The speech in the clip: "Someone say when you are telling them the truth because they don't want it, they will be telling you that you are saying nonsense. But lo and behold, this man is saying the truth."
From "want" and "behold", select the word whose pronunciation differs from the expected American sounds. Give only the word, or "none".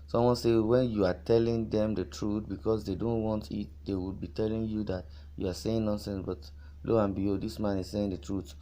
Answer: behold